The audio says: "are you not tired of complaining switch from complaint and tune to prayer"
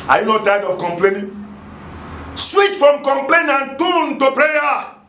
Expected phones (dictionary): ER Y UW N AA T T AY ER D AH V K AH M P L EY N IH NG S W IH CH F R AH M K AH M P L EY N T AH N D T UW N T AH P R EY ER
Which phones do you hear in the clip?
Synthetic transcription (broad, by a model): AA Y UW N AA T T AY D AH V K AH M P L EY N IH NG S W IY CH F R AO M K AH M P L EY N AH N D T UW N T AH P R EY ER